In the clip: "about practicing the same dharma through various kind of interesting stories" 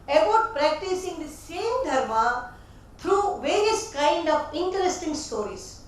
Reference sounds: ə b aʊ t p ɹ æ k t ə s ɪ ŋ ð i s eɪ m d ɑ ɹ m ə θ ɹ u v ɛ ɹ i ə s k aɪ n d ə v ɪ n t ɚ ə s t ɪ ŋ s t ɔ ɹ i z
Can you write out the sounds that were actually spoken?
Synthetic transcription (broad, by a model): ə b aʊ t p ɹ æ k t ə s ɪ ŋ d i s eɪ m d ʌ ɹ m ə t ɹ u v ɛ ɹ i ə s k aɪ n d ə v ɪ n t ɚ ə s t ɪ ŋ s t ɔ ɹ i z